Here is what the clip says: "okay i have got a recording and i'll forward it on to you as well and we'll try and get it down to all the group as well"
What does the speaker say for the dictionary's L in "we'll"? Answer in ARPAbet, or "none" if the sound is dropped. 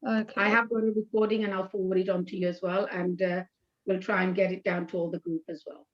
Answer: L